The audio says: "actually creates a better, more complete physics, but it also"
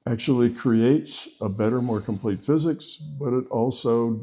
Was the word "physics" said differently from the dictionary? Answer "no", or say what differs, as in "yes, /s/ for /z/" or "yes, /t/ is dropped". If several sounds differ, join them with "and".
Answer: no